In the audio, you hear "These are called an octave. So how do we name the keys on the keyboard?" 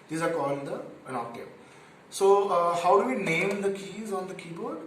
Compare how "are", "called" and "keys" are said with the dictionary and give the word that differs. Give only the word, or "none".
none